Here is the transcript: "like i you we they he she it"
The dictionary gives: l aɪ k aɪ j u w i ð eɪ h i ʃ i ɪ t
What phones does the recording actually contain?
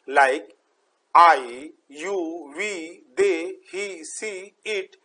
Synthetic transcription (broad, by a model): l aɪ k aɪ j u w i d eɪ h i s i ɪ t